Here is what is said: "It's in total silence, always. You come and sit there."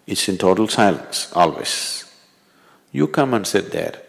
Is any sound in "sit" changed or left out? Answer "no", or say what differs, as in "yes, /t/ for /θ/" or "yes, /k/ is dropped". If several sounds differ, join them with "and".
no